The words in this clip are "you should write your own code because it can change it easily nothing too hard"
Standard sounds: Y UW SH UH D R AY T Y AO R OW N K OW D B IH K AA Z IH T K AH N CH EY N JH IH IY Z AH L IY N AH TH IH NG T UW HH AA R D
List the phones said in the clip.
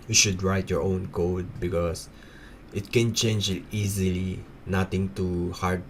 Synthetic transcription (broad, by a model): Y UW SH UH D R AY T Y AO R OW N K OW D B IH K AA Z IH T K AH N CH EY N JH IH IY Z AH L IY N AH T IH NG T UW HH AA R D